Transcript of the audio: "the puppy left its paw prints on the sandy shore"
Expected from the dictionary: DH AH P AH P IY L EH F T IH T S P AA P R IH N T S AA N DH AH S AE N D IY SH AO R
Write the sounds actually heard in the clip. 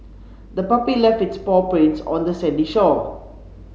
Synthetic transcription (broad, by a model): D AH P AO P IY L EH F IH T S P AA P R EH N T S AA N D AH S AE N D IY SH AO